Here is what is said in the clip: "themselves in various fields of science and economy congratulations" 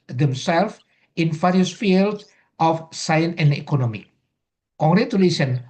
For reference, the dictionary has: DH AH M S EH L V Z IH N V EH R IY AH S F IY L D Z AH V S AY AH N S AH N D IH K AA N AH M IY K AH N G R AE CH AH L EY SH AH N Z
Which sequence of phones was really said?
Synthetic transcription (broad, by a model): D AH M S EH L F IH N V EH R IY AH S F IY L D AH F S AY AH N S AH N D IH K AA N AH M IY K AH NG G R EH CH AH L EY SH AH N